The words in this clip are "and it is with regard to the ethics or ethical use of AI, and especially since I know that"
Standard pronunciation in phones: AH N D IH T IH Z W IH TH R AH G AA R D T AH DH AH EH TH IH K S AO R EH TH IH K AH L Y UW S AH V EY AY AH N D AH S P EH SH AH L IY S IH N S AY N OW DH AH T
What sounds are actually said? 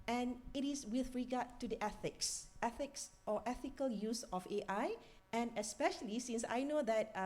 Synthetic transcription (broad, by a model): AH N IH T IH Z W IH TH R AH G AA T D T AH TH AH EH TH IH K S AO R EH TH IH K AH L Y UW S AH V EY AY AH N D AH S P EH SH AH L IY S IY N S AY N OW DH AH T